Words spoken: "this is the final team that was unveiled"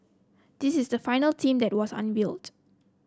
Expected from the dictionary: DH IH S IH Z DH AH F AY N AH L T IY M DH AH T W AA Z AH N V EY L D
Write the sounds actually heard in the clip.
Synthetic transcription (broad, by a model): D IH S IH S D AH F AY N AH L T IY M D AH T W AA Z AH N B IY L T